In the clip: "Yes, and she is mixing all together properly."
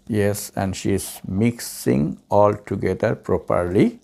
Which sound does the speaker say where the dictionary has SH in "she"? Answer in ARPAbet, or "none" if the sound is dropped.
SH